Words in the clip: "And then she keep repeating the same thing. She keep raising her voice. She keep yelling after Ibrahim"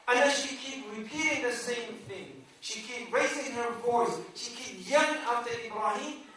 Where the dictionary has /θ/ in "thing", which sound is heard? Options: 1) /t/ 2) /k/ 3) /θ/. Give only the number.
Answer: 3